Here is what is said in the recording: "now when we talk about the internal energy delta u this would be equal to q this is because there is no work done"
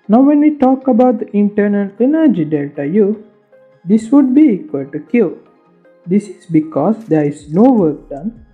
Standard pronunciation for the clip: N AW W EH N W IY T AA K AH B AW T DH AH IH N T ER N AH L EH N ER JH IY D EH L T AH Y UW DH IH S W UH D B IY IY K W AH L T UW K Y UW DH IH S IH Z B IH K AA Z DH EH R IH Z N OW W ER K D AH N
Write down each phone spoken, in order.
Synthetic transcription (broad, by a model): N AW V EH N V IY T AA K AH B AW T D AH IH N T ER N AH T EH N ER JH IY D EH T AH Y UW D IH S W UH D B IY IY K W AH L T UW K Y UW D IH S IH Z B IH K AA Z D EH R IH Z N OW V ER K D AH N